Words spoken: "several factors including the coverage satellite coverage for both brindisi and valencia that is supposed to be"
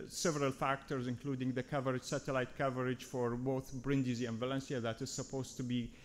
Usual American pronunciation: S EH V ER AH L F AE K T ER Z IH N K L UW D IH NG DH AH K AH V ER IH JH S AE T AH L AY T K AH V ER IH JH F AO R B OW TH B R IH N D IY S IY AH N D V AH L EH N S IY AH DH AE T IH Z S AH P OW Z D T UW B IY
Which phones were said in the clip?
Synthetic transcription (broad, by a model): S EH V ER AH L F AE K T ER Z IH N K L UW D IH NG DH AH K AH V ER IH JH S AE T AH L AY T K AH V ER IH JH F AO R B OW TH B R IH N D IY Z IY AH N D V AH L EH N S IY AH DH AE T IH Z S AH P OW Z T UW B IY